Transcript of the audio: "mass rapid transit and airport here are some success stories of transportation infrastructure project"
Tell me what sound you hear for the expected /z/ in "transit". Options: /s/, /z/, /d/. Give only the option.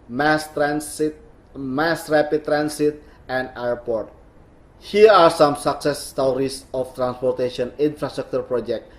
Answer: /s/